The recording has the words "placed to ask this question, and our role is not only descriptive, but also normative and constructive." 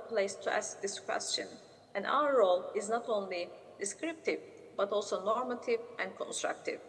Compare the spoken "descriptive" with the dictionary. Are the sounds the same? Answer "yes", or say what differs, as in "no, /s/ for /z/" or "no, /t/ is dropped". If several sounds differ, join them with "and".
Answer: yes